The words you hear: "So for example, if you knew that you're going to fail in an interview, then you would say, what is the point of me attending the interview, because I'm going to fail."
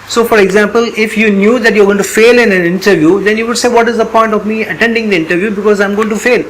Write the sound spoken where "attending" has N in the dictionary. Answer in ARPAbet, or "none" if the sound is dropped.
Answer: N